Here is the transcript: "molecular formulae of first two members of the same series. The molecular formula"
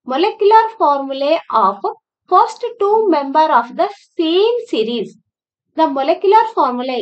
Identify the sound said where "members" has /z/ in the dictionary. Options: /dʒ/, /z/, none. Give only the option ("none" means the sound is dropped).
none